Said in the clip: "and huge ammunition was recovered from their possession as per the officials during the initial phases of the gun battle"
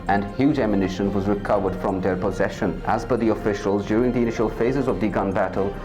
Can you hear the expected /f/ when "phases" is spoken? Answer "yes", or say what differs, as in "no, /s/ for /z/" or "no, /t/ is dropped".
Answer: yes